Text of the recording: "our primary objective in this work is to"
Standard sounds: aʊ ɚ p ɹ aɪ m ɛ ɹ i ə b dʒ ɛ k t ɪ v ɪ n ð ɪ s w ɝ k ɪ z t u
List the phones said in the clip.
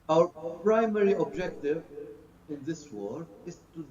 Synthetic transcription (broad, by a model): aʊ ɚ p ɹ aɪ m ɛ ɹ i ə b dʒ ɛ k t ɪ v ɪ n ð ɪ s w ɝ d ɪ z t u